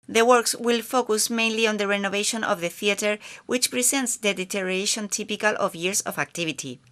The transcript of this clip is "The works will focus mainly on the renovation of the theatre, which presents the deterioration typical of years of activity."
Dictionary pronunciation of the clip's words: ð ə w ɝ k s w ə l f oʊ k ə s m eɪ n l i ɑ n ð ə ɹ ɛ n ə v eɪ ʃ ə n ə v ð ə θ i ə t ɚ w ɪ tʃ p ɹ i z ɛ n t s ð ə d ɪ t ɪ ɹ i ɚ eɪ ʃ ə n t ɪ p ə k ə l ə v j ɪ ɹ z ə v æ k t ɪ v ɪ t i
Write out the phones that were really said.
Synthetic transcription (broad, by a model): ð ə w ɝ k s w ə l f oʊ k ə s m eɪ n l i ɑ n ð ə ɹ ɛ n ə v eɪ ʃ ə n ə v ð ə θ i ə t ɚ w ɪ tʃ p ɹ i s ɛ n t s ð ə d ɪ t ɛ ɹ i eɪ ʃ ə n t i p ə k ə l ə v j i ɹ s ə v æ k t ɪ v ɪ t i